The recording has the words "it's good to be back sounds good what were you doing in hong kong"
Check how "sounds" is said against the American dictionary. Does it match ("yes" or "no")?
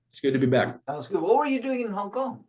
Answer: no